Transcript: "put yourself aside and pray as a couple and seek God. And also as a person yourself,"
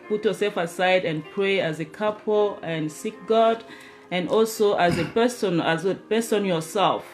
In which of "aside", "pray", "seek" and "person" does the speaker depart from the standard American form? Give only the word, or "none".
person